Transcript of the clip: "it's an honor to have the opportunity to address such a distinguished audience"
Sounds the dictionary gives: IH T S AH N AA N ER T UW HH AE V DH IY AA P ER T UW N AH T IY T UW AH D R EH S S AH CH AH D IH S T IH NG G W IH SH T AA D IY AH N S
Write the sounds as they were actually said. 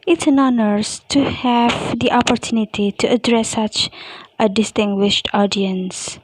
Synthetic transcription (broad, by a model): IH T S AH N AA N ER T UW HH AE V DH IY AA P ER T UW N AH T IY T UW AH D R EH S S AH CH AH D IH S T IH NG G W IH SH T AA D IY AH N S